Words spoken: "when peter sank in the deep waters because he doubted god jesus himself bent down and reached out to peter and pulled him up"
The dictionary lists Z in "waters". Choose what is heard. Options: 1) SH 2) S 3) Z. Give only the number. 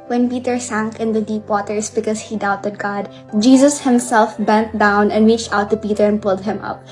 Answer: 2